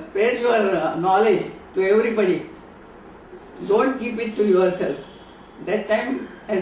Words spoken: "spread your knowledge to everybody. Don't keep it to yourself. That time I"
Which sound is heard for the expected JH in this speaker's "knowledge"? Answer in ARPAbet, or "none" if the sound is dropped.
JH